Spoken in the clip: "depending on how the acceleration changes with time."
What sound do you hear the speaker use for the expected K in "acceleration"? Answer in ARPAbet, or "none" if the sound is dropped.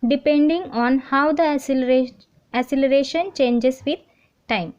none